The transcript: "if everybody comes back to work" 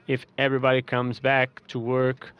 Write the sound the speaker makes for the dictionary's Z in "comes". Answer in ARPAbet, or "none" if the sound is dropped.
Z